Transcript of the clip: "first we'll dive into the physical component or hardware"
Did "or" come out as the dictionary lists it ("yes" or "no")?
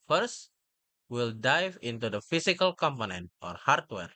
yes